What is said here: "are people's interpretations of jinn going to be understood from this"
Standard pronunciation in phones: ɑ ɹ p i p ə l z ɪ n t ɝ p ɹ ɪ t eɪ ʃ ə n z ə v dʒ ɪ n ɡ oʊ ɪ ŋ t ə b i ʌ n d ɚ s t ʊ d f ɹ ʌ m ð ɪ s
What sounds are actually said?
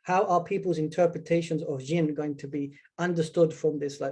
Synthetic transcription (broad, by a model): ɑ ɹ p i p ə l z ɪ n t ɝ p ɹ ɪ t eɪ ʃ ə n z ə v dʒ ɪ n ɡ oʊ ɪ ŋ t ə b i ʌ n d ɚ s t ʊ d f ɹ ʌ m ð ɪ s